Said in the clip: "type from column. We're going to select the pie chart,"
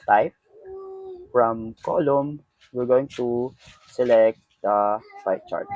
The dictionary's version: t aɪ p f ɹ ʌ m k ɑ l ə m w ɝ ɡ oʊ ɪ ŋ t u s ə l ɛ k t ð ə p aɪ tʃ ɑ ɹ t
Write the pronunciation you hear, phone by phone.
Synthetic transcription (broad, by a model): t aɪ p f ɹ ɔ m k ɑ l ə m w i ɡ oʊ ɪ ŋ t u s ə l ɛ k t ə f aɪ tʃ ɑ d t